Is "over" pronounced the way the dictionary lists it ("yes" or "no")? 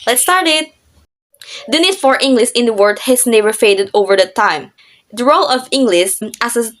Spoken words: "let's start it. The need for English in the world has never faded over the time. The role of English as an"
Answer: yes